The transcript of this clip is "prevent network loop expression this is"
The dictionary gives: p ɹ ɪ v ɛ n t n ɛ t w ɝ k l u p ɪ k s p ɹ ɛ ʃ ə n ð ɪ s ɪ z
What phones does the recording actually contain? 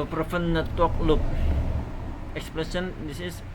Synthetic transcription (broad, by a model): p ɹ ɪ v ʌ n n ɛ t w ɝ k l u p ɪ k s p l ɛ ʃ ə n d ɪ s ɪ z